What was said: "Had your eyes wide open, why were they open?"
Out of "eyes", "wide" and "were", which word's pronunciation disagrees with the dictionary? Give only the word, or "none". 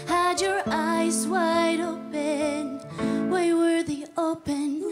none